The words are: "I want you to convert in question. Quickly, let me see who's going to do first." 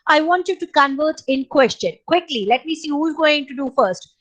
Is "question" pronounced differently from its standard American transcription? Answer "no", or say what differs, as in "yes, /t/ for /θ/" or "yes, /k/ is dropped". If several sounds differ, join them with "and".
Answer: no